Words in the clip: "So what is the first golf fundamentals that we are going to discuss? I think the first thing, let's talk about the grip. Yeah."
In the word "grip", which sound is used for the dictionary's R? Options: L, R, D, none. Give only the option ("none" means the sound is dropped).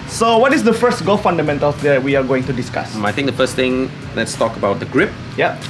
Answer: R